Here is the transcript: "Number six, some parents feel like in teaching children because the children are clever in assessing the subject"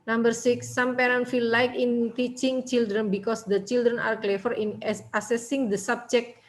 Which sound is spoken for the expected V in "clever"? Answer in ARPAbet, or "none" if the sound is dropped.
F